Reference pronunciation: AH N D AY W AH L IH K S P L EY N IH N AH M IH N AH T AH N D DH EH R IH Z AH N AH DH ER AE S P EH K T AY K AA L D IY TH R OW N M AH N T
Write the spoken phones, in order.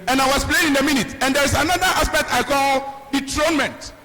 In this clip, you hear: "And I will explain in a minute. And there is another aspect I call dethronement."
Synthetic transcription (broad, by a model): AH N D AY W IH S P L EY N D AH M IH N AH T AH N D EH R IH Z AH N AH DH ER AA S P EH K T AY K AA L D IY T R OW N M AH N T